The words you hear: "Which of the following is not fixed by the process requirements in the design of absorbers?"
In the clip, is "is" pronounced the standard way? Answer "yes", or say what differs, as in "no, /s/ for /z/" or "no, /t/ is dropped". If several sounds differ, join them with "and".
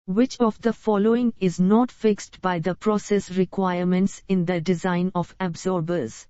yes